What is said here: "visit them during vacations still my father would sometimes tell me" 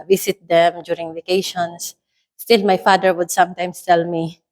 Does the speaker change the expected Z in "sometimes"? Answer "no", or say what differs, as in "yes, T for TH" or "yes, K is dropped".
yes, S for Z